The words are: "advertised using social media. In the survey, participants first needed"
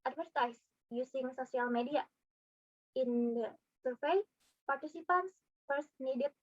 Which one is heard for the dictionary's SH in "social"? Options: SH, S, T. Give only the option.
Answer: S